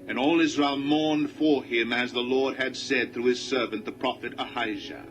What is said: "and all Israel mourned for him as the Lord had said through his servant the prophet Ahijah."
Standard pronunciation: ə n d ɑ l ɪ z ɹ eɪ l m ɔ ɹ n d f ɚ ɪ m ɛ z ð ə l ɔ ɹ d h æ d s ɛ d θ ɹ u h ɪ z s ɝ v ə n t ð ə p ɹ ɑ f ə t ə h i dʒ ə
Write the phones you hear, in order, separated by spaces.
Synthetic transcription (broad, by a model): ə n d ɑ l ɪ z ɹ eɪ l m ɔ ɹ n d f ɚ ɪ m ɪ z ð ə l ɔ ɹ d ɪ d s ɛ d θ ɹ u ɪ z s ɝ v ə n ð ə p ɹ ɑ f ə t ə h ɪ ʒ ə